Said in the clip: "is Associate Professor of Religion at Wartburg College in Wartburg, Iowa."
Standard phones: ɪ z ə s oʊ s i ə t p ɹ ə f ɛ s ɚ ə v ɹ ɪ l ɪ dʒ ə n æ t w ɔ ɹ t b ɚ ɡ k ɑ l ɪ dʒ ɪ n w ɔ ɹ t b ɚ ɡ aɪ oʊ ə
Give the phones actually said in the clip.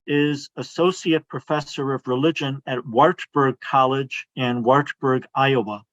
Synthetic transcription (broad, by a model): ɪ z ə s oʊ s i ə t p ɹ ə f ɛ s ɚ ə v ɹ ɪ l ɪ dʒ ə n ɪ t w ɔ ɹ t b ɚ ɡ k ɑ l ɪ dʒ ɪ n w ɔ ɹ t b ɚ ɡ aɪ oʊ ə